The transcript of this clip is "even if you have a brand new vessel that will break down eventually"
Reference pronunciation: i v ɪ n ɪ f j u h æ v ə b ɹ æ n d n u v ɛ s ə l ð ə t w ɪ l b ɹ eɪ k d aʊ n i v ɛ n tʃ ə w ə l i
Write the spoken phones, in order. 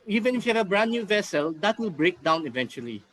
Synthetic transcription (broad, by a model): i v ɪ n ɪ f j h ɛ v ə b ɹ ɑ n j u v ɛ s ə l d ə t w ɪ l b ɹ eɪ k d aʊ n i v ɛ n tʃ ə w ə l i